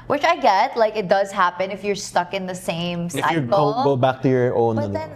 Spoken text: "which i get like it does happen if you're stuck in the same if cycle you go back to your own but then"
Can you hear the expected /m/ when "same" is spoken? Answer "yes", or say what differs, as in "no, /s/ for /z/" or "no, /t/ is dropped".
no, /m/ is dropped